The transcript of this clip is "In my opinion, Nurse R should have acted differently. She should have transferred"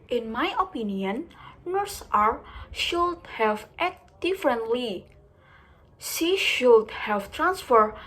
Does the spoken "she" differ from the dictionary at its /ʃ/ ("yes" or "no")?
yes